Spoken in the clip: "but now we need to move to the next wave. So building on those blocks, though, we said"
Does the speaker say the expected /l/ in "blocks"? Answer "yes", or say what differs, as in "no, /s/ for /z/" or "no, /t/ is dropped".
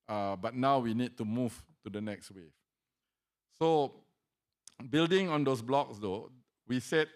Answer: yes